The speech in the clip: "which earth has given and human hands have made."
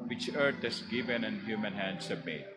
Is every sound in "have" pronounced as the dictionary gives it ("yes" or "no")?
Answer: no